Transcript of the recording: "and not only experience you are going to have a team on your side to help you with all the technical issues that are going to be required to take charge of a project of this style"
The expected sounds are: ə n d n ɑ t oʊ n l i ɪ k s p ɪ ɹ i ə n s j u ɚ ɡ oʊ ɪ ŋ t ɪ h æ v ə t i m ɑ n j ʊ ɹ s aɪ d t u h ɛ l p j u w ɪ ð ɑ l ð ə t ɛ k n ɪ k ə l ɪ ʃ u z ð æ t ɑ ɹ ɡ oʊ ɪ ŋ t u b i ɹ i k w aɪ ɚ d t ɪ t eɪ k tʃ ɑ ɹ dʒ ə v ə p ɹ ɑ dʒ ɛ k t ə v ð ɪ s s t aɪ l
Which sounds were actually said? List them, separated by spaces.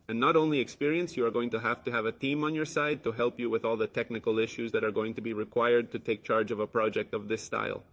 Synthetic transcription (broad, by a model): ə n n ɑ t oʊ n l i ɪ k s p ɪ ɹ i ə n s j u ɚ ɡ oʊ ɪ ŋ t ɪ h æ v ə t i m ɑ n j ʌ ɹ s aɪ d t u h ɛ l p j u w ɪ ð ɑ l ð ə t ɛ k n ɪ k ə l ɪ ʃ u z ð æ t ɑ ɹ ɡ oʊ ɪ ŋ t u b i ɹ i k w aɪ ɚ d t ɪ t eɪ k tʃ ɑ ɹ dʒ ə v ə p ɹ ɑ dʒ ɛ k t ə v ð ɪ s s t aɪ l